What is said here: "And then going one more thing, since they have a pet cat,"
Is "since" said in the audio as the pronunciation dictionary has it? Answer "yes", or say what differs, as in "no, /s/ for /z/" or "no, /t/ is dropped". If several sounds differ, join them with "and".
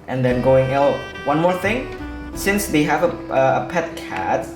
yes